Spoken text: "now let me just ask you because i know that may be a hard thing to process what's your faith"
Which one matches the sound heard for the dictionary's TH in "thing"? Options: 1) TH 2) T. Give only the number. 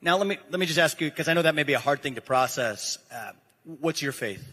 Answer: 1